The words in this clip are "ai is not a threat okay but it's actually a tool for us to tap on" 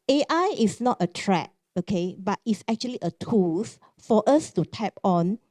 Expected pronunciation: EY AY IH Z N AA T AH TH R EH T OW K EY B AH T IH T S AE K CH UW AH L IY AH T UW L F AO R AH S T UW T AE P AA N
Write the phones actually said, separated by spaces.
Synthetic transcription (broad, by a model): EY AY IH S N AA T AH T R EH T OW K EY B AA T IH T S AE K CH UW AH L IY AH T UW L F AO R AH S T UW T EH P AA N